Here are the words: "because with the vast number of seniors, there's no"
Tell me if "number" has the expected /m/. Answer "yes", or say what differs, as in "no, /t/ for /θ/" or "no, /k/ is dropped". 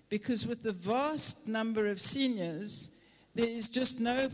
yes